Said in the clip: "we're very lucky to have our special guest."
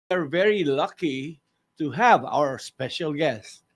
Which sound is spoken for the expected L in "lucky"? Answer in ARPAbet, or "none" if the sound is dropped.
L